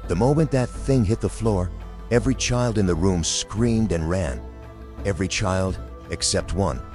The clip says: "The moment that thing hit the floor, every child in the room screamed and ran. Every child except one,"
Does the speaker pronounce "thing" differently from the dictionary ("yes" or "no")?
no